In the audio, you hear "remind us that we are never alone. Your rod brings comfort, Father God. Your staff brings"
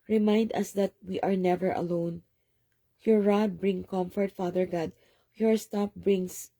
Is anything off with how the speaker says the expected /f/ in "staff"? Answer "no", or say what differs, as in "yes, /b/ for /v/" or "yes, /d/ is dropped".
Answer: yes, /p/ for /f/